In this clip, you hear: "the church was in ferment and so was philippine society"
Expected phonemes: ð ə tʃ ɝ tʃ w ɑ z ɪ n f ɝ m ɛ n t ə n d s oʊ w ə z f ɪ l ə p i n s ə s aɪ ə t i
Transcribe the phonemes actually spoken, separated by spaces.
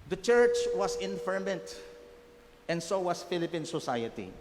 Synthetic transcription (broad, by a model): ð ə tʃ ɝ tʃ w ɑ s ɪ n f ɝ m ɛ n t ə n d s oʊ w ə s f ɪ l ə p i n s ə s aɪ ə t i